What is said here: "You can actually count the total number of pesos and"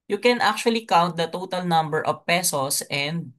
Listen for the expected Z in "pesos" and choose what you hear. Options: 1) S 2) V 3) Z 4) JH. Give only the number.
1